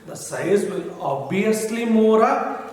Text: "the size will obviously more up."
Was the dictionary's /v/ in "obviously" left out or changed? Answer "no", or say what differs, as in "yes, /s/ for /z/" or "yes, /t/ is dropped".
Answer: yes, /v/ is dropped